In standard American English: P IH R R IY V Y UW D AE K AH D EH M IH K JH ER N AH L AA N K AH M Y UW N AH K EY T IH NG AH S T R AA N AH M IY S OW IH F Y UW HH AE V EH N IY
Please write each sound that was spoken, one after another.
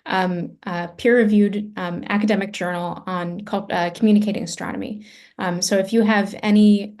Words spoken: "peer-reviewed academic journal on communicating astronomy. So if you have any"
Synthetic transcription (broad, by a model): P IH R R IY V Y UW D AE K AH D EH M IH K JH ER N L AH N K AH M Y UW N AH K EY T IH NG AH S T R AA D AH M IY S OW IH F Y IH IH V EH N IY